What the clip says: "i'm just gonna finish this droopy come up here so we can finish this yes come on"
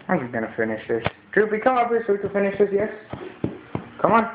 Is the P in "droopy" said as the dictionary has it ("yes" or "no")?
no